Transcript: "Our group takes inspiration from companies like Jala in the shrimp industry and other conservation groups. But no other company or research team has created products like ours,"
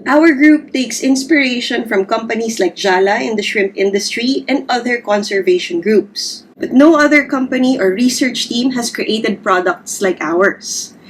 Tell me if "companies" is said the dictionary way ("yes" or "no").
no